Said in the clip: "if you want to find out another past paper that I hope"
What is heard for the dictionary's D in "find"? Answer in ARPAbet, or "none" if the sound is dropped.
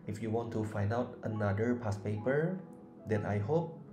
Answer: D